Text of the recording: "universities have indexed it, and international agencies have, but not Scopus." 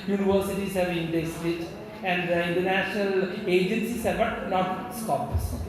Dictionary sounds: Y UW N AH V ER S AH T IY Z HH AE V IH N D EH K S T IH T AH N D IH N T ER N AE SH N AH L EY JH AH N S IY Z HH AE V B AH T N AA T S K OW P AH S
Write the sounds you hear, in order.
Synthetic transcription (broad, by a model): Y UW N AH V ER S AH T IY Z HH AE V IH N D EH S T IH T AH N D IH N T ER N AE SH N AH L EY JH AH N S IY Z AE B AH T N AA T S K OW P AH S